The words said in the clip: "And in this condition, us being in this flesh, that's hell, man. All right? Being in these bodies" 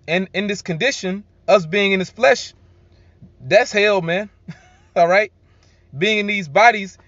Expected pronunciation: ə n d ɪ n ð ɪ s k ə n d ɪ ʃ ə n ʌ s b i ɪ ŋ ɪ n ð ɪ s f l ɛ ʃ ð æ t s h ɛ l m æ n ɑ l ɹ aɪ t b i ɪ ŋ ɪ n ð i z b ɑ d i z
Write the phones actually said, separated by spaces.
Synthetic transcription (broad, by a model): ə n ɪ n ð ɪ s k ə n d ɪ ʃ ə n ʌ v b i ɪ ŋ ɪ n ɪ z f l ɛ ʃ ð æ t s h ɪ l m æ n ɑ l ɹ aɪ t b i ɪ ŋ ɪ n ð i z b ɑ d i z